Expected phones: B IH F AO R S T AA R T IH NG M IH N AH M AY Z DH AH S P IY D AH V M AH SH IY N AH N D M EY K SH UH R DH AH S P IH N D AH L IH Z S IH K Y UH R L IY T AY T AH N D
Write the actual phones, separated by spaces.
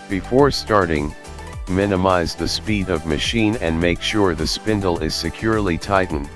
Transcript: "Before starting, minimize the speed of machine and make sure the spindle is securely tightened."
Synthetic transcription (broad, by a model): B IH F AO R S T AA R T IH NG M IH N AH M AY Z DH AH S P IY D AH V M AH SH IY N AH N M EY K SH UH R DH AH S P IH N D L IH Z S IH K Y UH R L IY T AY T N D